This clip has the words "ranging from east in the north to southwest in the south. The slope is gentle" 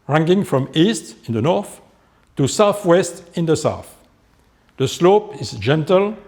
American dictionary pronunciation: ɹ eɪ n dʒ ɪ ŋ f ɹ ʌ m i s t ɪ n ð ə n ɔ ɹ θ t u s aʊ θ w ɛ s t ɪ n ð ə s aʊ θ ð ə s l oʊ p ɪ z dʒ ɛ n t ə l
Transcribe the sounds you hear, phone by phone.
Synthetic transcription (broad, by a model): ɹ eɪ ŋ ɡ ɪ ŋ f ɹ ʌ m i s t ɪ n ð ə n ɔ ɹ θ t u s aʊ θ w ɛ s t ɪ n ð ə s aʊ θ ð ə s l oʊ p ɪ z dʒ ɛ n t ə l